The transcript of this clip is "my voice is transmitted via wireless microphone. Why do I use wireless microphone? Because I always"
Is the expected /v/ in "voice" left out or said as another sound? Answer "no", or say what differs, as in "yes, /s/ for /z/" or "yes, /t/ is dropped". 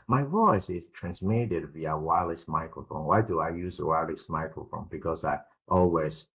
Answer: no